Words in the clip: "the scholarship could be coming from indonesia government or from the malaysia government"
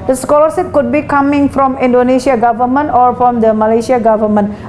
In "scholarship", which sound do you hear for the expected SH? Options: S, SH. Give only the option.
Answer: S